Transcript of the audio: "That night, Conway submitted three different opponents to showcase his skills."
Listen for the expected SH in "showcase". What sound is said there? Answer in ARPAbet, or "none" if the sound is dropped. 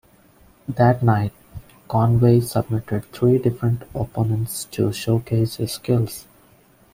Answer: SH